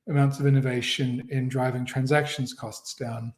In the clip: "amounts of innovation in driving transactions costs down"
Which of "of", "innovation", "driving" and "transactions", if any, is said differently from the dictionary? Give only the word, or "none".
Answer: none